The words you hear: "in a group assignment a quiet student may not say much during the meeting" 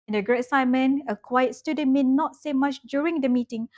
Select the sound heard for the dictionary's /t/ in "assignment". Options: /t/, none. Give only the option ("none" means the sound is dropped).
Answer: none